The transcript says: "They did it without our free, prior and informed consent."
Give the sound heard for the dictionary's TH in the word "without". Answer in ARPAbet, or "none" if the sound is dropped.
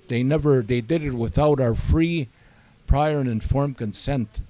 TH